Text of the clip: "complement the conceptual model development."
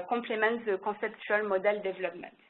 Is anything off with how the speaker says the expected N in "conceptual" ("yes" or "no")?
yes